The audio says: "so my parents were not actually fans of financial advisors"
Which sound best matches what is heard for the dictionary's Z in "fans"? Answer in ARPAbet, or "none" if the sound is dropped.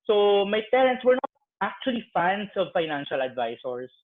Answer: S